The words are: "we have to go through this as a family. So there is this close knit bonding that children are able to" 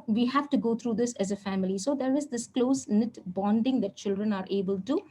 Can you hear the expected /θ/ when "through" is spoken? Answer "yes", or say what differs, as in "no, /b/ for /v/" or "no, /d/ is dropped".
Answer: no, /t/ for /θ/